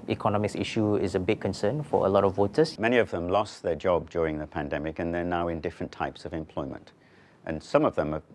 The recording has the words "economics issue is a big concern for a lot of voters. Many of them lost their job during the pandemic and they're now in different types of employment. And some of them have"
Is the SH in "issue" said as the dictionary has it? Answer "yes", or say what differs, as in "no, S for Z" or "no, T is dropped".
yes